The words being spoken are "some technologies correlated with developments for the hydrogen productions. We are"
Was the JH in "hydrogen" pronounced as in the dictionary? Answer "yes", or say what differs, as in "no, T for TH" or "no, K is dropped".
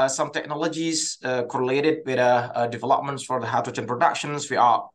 no, CH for JH